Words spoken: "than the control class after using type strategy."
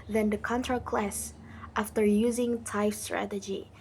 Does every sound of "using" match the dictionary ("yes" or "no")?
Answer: yes